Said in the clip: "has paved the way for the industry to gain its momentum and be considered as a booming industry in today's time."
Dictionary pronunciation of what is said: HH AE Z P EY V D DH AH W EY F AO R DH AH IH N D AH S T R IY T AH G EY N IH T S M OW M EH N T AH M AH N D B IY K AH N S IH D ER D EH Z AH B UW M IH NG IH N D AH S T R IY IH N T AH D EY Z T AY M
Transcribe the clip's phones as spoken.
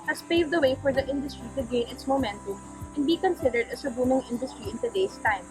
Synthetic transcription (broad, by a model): HH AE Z P EY V D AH W EY F AO R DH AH IH N D AH S T R IY T AH G EY N IH T S M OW M EH N T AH M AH N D B IY K AH N S IH D ER D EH S AH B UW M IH NG IH N D AH S T R IY IH N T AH D EY S T AY M